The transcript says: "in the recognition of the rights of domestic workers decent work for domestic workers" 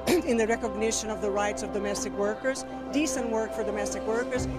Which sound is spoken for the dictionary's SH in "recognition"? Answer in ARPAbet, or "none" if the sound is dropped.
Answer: SH